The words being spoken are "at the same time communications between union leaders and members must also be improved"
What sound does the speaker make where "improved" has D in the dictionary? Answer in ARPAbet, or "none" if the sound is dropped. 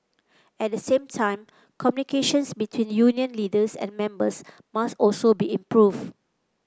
none